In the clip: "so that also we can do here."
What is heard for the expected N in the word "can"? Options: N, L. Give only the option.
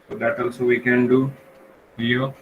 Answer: N